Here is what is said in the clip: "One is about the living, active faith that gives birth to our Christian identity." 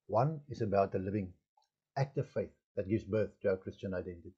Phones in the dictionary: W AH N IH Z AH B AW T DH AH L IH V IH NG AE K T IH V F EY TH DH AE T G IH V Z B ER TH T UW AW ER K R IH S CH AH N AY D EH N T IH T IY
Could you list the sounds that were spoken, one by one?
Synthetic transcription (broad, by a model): W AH N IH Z AH B AW T DH AH L IH V IH NG AE K T IH V F EY TH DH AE T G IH V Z B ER TH T UW AW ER K R IH S CH AH N AY D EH N T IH T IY